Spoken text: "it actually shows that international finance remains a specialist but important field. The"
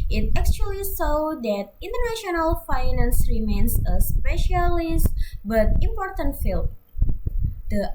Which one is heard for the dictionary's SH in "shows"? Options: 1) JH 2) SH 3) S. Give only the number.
3